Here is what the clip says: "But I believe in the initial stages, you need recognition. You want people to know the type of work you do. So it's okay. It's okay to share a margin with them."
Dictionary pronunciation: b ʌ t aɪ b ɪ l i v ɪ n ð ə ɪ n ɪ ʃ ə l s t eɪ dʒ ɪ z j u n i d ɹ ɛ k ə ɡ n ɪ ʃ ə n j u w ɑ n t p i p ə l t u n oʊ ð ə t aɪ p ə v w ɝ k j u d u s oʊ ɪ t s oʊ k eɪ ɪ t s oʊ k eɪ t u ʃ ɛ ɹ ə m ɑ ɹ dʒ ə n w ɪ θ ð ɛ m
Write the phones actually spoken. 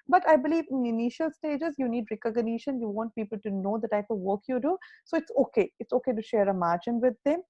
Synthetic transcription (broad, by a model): b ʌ t aɪ b ɪ l i v ɪ n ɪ n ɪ ʃ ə l s t eɪ dʒ ɪ z j u n i d ɹ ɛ k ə ɡ n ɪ ʃ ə n j u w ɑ n t p i p ə l t u n oʊ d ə t aɪ p ə v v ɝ k j u d u s oʊ ɪ t s oʊ k eɪ ɪ t s oʊ k eɪ t u ʃ ɛ ɹ ə m ɑ ɹ dʒ ə n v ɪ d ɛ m